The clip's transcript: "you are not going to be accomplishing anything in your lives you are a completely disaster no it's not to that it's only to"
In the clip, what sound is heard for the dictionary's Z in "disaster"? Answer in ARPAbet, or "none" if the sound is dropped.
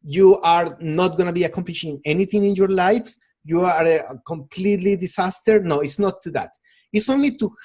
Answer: S